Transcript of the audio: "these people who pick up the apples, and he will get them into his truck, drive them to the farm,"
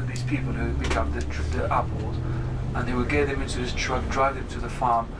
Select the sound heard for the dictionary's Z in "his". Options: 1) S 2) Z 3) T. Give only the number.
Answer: 1